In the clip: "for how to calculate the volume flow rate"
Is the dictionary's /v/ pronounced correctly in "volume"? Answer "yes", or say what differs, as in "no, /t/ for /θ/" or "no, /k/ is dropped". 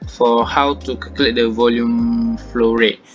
yes